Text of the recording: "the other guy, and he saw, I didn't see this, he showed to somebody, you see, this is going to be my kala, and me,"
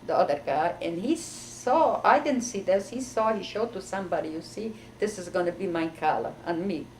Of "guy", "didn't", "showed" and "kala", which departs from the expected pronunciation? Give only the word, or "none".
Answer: none